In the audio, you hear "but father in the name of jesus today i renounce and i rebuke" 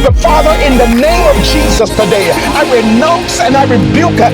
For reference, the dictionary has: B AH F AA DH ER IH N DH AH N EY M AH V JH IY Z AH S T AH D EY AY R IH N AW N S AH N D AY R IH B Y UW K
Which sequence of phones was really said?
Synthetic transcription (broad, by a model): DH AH F AA DH ER IH N DH AH N EY M AH V JH IY Z AH S T AH D EY AY R IH N AW N S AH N AY R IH B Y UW K